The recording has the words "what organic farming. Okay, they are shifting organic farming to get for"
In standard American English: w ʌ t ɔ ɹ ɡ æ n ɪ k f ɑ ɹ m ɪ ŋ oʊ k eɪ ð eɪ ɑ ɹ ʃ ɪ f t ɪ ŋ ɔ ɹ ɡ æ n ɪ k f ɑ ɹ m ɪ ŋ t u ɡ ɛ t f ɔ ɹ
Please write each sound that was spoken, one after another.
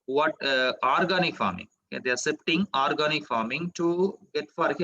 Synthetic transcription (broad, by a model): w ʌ t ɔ ɹ ɡ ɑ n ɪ k f ɑ ɹ m ɪ ŋ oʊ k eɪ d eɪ ɑ ɹ s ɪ p t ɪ ŋ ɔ ɹ ɡ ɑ n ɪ k f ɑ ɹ m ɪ ŋ t u ɡ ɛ t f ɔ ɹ